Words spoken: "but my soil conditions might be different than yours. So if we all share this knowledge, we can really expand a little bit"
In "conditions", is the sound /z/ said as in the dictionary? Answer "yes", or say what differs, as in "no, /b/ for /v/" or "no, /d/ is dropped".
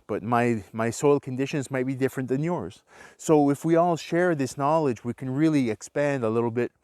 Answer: yes